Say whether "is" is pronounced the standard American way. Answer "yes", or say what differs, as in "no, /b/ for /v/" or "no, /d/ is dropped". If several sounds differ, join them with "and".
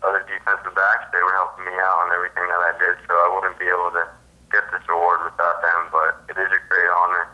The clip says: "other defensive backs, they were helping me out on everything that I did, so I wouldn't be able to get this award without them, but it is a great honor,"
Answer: yes